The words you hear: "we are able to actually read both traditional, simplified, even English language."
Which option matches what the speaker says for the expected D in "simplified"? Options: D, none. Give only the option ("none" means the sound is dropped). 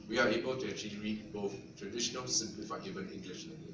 none